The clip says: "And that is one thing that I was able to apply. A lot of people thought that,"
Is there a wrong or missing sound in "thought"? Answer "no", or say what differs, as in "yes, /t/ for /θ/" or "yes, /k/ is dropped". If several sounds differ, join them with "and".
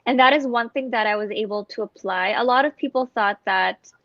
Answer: no